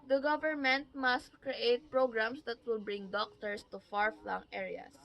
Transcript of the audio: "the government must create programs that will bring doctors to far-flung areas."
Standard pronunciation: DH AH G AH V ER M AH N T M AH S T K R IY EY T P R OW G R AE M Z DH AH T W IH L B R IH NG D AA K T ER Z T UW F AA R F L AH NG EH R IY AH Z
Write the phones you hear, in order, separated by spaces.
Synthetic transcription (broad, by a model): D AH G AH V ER M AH N T M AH S T K R IY EY T P R OW G R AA M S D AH T W IH L B R IH NG D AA K T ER S T UW F AA R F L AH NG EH R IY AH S